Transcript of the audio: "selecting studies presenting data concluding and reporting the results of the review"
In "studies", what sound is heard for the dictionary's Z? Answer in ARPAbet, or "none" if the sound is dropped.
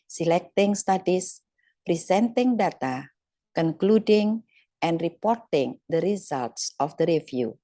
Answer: S